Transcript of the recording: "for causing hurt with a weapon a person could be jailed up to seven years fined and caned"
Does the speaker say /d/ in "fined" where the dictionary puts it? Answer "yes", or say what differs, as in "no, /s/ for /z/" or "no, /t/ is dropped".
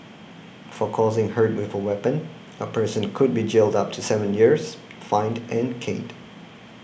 yes